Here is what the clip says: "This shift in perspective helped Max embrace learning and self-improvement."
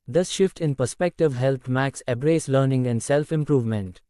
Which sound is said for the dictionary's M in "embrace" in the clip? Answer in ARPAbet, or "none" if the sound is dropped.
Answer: none